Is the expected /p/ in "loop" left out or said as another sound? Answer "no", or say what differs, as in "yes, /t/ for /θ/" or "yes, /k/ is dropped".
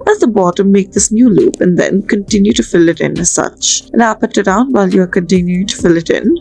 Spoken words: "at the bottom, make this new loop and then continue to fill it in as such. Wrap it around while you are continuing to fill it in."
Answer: no